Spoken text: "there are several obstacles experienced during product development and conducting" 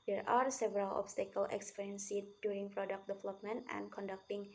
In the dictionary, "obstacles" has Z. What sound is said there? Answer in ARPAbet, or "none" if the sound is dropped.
none